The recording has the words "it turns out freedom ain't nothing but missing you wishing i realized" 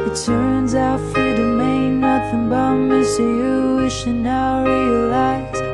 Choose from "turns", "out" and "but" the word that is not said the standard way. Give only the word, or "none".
none